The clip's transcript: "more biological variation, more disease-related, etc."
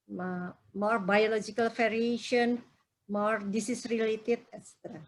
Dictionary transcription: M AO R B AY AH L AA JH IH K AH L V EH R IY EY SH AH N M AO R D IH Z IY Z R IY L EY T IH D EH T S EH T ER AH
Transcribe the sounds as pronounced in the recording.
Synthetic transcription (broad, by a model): M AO R B AY AH L AA JH IH K AH L F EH R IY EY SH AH N M AO R D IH S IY S R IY L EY T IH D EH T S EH T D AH